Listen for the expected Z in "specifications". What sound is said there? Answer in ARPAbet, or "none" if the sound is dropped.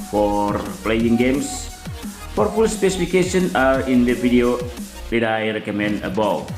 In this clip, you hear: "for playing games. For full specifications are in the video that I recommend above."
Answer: none